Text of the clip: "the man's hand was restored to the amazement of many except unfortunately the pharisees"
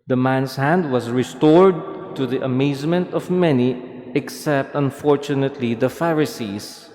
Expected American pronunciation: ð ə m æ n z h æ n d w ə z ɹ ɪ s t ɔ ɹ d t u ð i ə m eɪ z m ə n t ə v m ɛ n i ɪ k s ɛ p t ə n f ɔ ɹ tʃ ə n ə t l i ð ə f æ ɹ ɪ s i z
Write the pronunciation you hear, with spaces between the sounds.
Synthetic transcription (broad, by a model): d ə m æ n s h æ n d w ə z ɹ ɪ s t ɔ ɹ d t u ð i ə m eɪ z m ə n t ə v m ɛ n i ɪ k s ɛ p t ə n f ɔ ɹ tʃ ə n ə t l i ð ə f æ ɹ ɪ s i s